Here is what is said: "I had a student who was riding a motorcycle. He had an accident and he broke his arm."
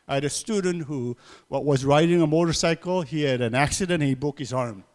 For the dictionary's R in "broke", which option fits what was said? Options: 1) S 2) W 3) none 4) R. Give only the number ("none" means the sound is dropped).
3